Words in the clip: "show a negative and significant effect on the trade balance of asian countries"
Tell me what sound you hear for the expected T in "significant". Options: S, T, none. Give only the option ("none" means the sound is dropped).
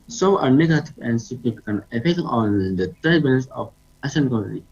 none